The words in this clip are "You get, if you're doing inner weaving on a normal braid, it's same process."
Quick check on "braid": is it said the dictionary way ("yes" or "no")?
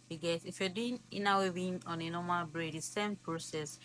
yes